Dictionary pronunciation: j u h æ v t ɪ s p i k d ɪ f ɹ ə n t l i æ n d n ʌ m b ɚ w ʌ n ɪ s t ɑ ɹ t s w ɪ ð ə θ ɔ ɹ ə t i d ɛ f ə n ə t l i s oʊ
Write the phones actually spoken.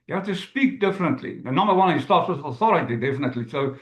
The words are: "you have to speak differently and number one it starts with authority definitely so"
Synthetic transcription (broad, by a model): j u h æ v t ɪ s p i k d ɪ f ɹ ə n t l i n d n ʌ m b ɚ w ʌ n ɪ s t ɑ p s w ɪ ð ə θ ɔ ɹ ə t i d ɛ f ə n ə t l i s oʊ